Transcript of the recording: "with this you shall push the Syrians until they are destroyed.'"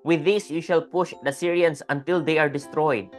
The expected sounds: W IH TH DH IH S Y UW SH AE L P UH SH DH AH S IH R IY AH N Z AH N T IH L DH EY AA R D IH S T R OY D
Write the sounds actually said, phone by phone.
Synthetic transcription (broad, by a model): W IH DH IH S Y UW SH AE L P UH SH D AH S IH R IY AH N S AH N T IH L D EY AA R D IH S T R OY D